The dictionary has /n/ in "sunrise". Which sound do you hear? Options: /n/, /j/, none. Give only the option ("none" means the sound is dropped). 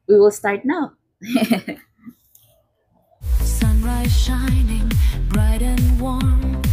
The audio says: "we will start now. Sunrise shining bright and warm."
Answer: /n/